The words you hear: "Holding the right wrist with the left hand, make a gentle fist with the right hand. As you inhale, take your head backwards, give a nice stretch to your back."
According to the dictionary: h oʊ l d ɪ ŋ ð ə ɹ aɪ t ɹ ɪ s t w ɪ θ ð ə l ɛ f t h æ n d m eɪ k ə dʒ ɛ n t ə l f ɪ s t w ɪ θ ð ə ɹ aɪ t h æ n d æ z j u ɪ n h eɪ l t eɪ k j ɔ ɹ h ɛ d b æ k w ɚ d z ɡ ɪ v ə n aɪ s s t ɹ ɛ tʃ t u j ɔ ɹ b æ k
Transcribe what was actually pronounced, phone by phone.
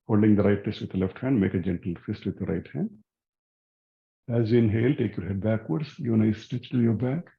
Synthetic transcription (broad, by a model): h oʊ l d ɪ ŋ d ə ɹ aɪ t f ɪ s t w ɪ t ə l ɛ f t h æ n d m eɪ k ə dʒ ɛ n t l f ɪ s t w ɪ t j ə ɹ aɪ t h æ n d æ z j u ɪ n h eɪ l t eɪ k j ɔ ɹ h ɛ d b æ k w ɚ d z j ə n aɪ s s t ɛ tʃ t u j ɔ ɹ b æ k